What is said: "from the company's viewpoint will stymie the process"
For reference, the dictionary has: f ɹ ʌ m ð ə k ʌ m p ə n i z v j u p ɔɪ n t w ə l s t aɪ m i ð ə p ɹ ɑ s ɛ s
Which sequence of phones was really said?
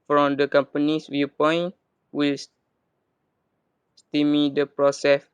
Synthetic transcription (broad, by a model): f ɹ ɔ m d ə k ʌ m p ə n i s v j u p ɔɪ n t w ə l s t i m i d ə p ɹ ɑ s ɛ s